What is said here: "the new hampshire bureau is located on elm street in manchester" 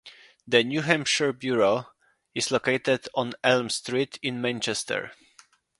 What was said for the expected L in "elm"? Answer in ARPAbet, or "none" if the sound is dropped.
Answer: L